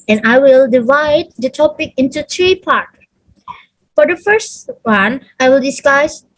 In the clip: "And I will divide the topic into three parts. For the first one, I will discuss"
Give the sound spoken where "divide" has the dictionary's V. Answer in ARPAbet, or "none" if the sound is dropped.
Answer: V